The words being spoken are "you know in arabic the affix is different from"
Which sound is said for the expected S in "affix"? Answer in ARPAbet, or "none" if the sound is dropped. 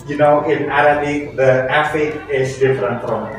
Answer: none